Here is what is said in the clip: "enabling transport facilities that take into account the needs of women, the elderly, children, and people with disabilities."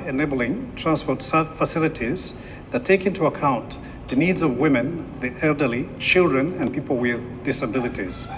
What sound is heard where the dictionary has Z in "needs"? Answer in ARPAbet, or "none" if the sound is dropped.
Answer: Z